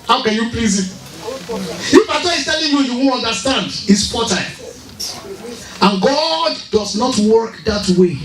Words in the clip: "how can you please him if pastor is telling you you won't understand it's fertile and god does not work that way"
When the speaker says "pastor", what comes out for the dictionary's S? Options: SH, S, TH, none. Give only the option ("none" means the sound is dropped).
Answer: none